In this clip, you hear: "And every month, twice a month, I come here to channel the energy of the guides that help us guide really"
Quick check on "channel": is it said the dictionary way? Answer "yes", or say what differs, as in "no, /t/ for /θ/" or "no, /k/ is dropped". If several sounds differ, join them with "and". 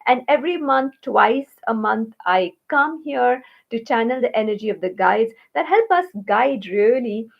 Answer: yes